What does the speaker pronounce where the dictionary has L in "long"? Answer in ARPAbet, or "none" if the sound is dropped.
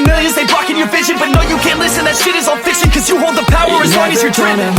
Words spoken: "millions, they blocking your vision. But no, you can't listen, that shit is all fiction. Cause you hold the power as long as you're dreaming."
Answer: W